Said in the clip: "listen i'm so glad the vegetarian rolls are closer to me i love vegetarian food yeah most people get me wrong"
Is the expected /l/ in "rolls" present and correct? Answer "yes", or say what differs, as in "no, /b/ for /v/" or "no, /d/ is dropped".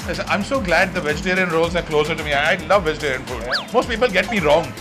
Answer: yes